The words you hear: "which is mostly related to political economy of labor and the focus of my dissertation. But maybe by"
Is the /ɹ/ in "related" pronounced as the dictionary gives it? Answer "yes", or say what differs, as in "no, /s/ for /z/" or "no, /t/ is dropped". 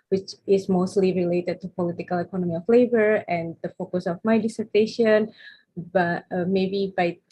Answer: yes